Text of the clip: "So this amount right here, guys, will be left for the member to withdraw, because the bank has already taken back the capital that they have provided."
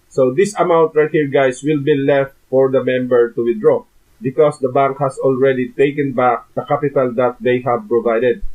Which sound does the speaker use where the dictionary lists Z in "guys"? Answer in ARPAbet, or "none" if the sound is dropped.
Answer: S